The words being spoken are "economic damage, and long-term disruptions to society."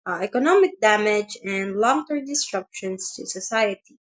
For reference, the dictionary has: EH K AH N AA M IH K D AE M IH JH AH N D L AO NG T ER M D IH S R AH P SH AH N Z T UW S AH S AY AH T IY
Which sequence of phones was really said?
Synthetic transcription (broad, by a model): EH K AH N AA M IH K D AE M IH JH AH N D L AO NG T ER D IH S R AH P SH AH N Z T UW S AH S AY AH T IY